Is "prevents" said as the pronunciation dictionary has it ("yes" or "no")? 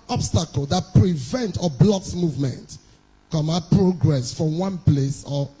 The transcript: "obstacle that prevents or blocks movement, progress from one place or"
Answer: no